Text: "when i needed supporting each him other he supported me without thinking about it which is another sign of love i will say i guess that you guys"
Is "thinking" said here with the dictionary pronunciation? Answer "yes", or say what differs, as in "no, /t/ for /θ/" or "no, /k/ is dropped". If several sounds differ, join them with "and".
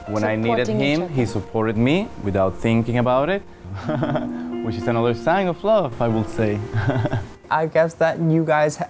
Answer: yes